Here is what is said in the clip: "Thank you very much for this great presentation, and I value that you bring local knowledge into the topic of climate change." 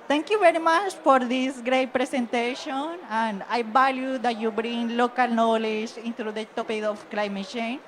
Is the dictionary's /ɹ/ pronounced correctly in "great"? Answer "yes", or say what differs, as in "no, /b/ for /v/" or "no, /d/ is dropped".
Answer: yes